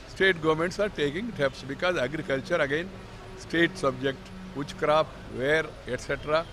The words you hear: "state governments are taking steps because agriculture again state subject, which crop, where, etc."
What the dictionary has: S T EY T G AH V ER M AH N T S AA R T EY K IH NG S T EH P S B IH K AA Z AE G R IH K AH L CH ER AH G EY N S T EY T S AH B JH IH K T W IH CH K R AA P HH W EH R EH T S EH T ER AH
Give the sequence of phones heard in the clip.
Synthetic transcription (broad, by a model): S T EY T G AH V ER M AH N T S AA R T EY K IH NG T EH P S B IH K AA Z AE G R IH K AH L CH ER AH G EY N S T EY T S AH B JH IH K T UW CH K R AA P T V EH R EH T S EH T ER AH